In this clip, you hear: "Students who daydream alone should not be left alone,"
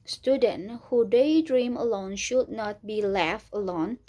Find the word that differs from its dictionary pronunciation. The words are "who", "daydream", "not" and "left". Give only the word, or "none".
left